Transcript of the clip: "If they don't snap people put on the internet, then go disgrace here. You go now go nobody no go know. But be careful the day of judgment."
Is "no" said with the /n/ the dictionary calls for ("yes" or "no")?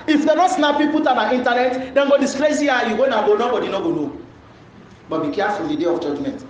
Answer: yes